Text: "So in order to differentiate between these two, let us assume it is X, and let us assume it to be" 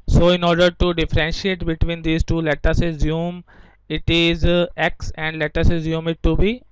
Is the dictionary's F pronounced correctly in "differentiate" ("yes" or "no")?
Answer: yes